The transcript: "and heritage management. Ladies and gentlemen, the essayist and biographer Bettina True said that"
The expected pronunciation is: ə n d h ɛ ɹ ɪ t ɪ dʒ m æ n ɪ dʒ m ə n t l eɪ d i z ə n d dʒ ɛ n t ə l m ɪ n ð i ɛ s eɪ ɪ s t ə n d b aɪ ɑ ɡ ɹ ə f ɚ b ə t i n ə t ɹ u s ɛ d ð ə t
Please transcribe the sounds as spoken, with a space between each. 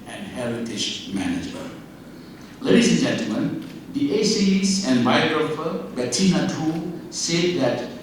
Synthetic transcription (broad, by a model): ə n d h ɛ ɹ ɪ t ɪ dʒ m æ n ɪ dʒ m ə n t l eɪ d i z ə n dʒ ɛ n t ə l m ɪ n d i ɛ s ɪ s ə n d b aɪ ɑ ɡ ɹ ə f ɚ b ə t i n ə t u s ɛ d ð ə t